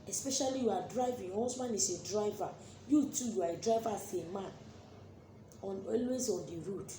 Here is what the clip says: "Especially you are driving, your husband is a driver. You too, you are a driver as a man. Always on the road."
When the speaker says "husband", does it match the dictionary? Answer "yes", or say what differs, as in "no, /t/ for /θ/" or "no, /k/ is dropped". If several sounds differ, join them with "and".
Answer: no, /d/ is dropped